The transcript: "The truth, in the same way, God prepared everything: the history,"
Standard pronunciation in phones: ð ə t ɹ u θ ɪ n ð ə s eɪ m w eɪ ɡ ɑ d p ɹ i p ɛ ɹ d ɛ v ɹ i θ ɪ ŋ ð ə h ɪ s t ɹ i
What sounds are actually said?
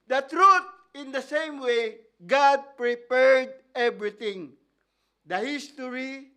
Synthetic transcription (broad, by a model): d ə t ɹ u t ɪ n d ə s eɪ m w eɪ ɡ ɑ d p ɹ i p ɛ ɹ d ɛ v ɹ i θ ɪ ŋ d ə h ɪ s t ɹ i